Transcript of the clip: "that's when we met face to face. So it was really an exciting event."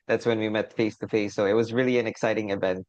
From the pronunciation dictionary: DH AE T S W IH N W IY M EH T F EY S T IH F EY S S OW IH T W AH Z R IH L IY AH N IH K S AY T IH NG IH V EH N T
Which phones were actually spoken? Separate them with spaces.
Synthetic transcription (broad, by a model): DH AE T S W IH N W IY M EH T F EY S T IH F EY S S OW IH T W AH Z R IH L IY AH N IH K S AY T IH NG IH V EH N T